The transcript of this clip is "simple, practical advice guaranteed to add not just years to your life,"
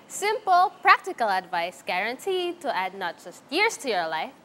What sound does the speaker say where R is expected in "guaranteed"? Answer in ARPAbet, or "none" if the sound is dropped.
R